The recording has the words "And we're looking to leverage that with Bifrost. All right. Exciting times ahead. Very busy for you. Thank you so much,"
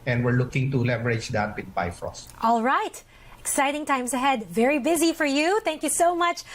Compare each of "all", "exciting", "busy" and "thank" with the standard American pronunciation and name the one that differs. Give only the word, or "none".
none